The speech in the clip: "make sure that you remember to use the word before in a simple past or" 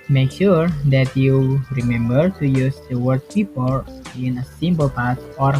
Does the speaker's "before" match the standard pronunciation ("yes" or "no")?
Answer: no